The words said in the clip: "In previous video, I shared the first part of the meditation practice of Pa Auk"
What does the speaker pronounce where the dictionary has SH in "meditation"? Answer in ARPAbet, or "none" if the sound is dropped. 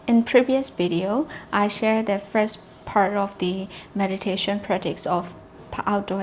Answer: SH